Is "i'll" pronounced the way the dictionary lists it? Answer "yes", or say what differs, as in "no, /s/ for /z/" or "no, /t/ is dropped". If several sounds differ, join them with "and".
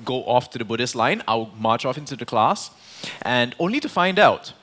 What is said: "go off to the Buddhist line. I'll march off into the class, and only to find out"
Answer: no, /w/ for /l/